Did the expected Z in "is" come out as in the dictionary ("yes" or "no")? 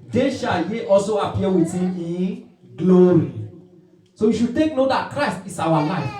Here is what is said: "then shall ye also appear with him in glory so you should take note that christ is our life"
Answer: no